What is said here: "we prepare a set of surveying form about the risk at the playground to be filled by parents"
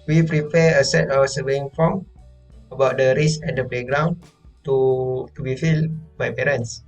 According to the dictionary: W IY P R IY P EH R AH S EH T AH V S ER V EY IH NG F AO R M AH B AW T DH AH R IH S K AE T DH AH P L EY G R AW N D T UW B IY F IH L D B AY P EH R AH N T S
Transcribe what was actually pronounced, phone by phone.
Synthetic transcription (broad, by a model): W IY P R IY P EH AH S EH T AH F S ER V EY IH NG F AO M AH B AW T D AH R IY S EH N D AH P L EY G R AW N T T UW B IY F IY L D B AY P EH R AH N S